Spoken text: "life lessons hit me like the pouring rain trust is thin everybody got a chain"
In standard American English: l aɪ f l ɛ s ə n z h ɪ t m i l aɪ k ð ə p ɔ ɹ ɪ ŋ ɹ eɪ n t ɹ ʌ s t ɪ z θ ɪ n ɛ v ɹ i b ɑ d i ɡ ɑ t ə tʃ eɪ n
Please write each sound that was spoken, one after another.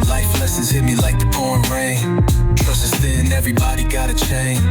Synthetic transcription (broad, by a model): l aɪ f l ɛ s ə z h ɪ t m i l aɪ k ð ə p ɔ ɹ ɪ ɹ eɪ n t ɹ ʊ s ɪ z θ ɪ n ɛ v ɹ i b ɑ d i ɡ ɑ t ə tʃ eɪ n